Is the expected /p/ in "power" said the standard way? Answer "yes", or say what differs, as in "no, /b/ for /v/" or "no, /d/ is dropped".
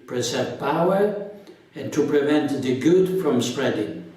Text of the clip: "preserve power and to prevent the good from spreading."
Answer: yes